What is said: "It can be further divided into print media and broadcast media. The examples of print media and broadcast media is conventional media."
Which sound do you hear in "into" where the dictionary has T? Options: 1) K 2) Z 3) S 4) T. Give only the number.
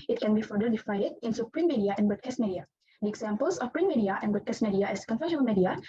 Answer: 3